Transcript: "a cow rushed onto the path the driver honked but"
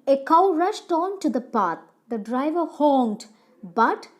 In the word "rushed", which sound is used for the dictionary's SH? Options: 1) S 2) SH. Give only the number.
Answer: 2